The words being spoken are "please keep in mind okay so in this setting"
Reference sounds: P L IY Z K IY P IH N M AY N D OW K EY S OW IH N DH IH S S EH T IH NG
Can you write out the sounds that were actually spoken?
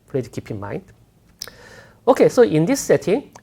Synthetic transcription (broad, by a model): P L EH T K IY P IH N M AY N D OW K EY S OW IH N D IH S S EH T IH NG